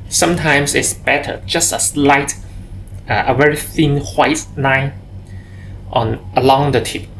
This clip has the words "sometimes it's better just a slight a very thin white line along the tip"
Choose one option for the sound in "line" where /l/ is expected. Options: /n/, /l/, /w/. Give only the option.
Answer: /n/